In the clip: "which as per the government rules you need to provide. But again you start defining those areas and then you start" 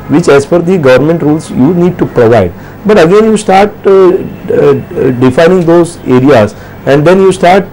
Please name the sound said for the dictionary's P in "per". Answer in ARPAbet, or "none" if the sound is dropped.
F